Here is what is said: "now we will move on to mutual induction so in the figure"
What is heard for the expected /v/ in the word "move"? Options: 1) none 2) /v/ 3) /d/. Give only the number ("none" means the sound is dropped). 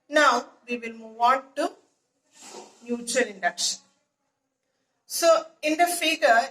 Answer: 2